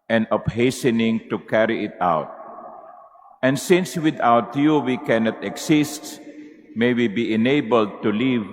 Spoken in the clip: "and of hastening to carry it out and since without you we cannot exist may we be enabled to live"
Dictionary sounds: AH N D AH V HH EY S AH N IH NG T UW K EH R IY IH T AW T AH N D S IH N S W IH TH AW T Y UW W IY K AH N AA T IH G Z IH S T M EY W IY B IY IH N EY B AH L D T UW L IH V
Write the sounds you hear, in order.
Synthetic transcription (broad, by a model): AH N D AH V HH EY S AH N IH NG T UW K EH R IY IH T AW T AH N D S IH N S W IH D AW T Y UW W IY K AH N AA T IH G S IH S T M EY W IY B IY IH N EY B AH L D T UW L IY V